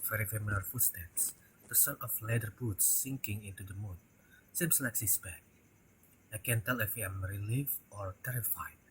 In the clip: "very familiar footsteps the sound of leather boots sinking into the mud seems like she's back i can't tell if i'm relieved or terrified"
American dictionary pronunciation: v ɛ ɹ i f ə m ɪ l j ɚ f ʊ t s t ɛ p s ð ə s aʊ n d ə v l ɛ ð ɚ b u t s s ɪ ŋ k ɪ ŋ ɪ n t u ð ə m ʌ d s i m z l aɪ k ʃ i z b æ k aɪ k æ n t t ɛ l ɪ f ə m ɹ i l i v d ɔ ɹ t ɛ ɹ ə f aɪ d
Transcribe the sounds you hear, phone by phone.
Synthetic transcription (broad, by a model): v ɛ ɹ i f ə m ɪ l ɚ f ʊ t s t ɛ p s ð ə s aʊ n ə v l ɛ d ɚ b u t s s ɪ ŋ k ɪ ŋ ɪ n t u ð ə m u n s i m s l aɪ k s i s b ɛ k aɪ k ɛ n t t ɛ l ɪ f ə m ɹ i l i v ɔ ɹ t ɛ ɹ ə f aɪ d